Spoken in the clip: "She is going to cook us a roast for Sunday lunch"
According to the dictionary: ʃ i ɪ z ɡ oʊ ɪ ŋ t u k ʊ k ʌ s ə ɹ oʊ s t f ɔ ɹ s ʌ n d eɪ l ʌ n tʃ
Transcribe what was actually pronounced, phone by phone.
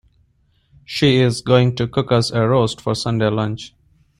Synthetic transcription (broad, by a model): ʃ i ɪ z ɡ oʊ ɪ ŋ t u k ʊ k ʌ s ə ɹ oʊ s t f ɔ ɹ s ʌ n d eɪ l ʌ n tʃ